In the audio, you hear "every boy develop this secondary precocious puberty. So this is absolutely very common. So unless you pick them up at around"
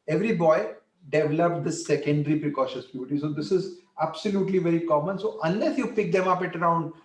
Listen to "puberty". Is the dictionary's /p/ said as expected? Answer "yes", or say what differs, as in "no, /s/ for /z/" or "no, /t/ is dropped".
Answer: no, /b/ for /p/